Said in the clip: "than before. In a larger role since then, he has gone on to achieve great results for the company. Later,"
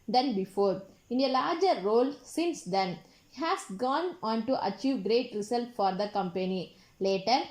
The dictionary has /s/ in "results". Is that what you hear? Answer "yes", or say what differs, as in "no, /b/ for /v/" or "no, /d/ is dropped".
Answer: no, /s/ is dropped